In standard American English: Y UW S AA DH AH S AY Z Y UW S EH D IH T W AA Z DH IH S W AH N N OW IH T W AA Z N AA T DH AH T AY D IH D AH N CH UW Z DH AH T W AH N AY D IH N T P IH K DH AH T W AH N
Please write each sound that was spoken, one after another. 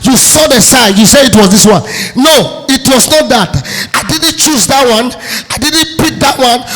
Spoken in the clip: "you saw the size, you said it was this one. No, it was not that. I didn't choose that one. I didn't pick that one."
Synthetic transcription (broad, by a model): Y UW S AA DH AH S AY Y UW S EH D IH T W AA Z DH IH S W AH N N OW IH T W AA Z N AA T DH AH T AY D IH D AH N CH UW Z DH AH T W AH N AY D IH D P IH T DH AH T W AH N